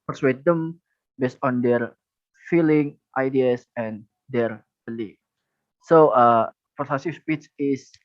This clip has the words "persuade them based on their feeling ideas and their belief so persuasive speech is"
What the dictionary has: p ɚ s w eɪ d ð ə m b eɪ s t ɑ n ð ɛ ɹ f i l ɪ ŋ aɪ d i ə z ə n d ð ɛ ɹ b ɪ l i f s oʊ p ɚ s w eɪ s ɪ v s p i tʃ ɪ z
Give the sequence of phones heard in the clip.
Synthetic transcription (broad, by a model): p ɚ s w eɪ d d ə m b eɪ s t ɑ n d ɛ ɹ f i l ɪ ŋ aɪ d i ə s ə n d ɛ ɹ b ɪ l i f s oʊ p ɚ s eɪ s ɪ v s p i s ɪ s